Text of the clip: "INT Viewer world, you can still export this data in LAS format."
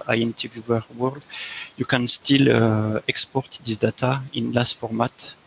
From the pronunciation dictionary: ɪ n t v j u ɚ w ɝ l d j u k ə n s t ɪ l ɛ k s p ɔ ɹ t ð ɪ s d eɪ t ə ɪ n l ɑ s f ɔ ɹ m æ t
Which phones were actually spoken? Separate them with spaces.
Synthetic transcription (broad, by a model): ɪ n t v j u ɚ w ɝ l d j u k ə n s t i l ɛ k s p ɔ ɹ t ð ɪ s d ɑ t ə ɪ n l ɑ s f ɔ ɹ m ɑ t